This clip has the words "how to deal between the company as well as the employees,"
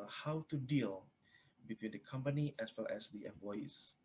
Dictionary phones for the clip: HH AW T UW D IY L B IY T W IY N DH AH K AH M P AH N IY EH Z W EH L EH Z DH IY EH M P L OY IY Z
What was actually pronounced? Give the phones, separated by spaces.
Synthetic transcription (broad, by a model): HH AW T UW D IY L B IY T W IY N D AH K AH M P AH N IY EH S W EH L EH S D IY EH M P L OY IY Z